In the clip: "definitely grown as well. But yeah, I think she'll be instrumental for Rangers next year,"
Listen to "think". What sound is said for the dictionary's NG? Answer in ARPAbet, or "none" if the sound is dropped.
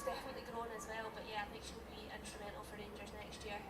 none